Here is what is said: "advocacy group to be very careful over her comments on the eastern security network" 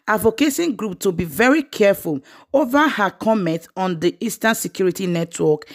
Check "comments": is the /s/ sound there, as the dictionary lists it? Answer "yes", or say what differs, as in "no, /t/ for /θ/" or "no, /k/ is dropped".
no, /s/ is dropped